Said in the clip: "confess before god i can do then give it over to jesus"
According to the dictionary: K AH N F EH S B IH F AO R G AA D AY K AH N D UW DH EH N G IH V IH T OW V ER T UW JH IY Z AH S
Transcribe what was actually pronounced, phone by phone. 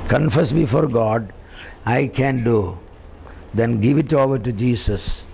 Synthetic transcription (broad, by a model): K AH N F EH S B IH F AO R G AA D AY K AH N D UW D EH N G IH V IH T OW V ER T UW JH IY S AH S